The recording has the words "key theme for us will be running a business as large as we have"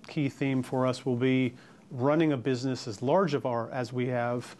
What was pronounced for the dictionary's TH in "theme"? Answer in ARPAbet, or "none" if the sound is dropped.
TH